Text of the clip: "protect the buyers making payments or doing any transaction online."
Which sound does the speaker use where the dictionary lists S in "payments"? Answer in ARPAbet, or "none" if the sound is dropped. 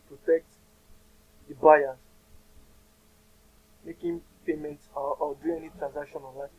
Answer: none